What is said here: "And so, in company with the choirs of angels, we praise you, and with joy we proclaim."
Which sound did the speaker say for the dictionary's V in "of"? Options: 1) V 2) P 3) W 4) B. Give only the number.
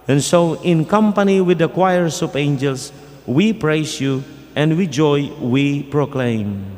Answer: 2